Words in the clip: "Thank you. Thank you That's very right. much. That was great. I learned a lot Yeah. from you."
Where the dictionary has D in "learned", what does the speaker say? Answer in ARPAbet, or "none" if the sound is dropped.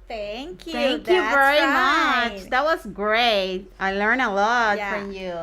none